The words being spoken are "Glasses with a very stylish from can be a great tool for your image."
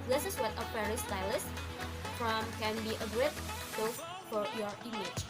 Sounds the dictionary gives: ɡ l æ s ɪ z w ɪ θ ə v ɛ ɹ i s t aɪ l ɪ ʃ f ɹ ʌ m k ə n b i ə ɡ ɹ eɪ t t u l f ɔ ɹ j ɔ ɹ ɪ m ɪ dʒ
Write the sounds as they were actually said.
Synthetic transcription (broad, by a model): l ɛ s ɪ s w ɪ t ə f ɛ ɹ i s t aɪ l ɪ s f ɹ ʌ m k ə n b i ə ɡ ɹ eɪ t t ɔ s f ɔ ɹ j ɔ ɹ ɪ m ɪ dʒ